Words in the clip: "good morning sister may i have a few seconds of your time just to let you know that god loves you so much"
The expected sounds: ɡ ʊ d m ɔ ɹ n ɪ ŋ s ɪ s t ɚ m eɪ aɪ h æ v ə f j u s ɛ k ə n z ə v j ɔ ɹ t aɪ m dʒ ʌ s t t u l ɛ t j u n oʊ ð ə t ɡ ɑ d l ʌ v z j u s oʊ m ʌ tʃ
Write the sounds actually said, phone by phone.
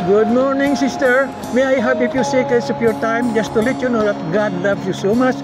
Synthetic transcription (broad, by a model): ɡ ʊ d m ɔ ɹ n ɪ ŋ s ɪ s t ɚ m eɪ aɪ h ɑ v ə p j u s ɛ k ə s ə p j ɔ ɹ t aɪ m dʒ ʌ s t t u l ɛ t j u n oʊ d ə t ɡ ɑ d l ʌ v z j u s oʊ m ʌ tʃ